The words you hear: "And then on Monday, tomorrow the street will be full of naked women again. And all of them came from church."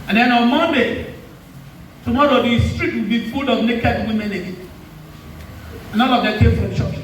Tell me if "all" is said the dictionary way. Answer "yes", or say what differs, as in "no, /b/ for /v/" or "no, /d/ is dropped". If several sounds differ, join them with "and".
no, /n/ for /l/